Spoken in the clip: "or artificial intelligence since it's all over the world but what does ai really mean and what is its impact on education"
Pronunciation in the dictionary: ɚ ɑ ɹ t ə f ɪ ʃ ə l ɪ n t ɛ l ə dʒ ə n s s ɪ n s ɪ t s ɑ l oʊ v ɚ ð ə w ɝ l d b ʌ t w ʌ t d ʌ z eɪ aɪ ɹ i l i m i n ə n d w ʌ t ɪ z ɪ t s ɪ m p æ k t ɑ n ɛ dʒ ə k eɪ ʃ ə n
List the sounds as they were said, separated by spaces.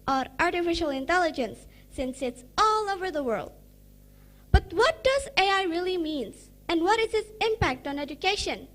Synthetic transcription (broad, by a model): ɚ ɑ ɹ t ə f ɪ ʃ ə l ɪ n t ɛ l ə dʒ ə n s s ɪ n s ɪ t s ɑ l oʊ v ɚ ð ə w ɝ l d b ʌ t w ʌ t d ʌ z eɪ aɪ ɹ i l i m i n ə n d w ʌ t ɪ z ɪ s ɪ m p æ k t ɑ n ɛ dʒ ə k eɪ ʃ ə n